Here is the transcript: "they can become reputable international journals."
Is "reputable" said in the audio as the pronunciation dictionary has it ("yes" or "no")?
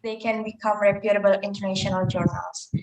yes